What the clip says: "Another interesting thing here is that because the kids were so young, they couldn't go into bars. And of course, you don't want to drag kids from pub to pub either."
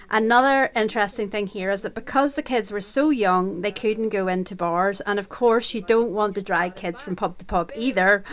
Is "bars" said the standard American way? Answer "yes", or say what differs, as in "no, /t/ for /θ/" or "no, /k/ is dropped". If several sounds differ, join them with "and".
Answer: yes